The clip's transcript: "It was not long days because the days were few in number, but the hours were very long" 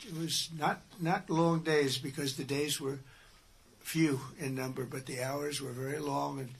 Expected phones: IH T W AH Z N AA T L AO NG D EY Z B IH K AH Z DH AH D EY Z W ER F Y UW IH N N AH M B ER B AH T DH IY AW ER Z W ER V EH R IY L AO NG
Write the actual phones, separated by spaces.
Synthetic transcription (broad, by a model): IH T W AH Z N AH T L AO NG D EY Z B IH K AH Z DH AH D EY Z W ER F Y UW IH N N AH M B ER B AH T DH IY AW ER Z W ER V EH R IY L AO NG